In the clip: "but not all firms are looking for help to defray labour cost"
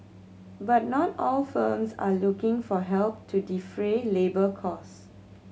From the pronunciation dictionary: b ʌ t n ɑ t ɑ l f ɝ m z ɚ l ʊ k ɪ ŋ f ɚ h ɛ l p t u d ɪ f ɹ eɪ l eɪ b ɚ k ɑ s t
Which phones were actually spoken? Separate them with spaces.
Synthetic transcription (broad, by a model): b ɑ t n ɑ t ɑ l f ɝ m s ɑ l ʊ k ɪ ŋ f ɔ h ɛ l p t u d ɪ f ɹ eɪ l eɪ b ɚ k ɑ s